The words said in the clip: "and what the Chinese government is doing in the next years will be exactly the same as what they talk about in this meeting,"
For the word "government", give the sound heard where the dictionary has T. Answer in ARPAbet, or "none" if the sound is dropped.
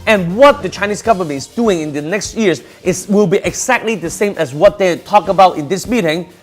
none